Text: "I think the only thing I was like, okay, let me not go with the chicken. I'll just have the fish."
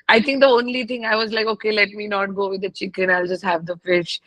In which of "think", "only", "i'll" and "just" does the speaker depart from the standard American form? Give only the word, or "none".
think